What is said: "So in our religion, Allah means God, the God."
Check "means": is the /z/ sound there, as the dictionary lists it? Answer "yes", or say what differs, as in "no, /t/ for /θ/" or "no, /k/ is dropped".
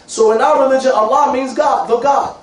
yes